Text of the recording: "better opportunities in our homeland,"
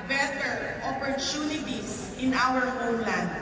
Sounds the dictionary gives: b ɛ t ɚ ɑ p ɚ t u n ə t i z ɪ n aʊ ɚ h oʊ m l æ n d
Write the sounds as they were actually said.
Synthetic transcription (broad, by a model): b ɛ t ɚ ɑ p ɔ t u n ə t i s ɪ n aʊ ɚ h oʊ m l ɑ n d